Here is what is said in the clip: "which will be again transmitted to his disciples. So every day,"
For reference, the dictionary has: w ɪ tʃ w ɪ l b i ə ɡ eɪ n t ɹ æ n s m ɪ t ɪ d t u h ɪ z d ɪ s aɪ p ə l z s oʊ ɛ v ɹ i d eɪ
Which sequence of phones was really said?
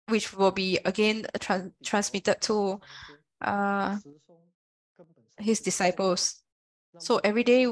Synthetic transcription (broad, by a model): w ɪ tʃ w ɪ l b i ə ɡ eɪ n t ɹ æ n s m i t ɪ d t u h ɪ s d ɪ s aɪ p ə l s s oʊ ɛ v ɹ i d eɪ